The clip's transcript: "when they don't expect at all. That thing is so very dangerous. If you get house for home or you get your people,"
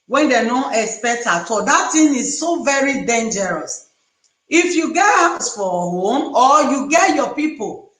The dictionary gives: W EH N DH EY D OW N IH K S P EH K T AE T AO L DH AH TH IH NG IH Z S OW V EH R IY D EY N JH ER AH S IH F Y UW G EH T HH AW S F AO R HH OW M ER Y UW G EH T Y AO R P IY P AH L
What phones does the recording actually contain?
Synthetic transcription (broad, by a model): W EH N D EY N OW IH K S P EH K T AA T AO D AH T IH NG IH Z S OW V EH R IY D EY N JH ER AH S IH F Y UW G EH T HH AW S F AO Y HH OW M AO Y UW G EH T Y AO P IY P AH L